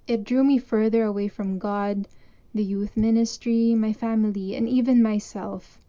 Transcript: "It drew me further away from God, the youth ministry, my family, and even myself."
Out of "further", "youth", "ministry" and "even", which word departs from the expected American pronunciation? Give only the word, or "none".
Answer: none